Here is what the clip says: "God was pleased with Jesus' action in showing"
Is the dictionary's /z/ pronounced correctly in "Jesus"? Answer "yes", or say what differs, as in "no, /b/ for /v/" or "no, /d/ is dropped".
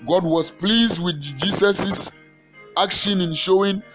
no, /s/ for /z/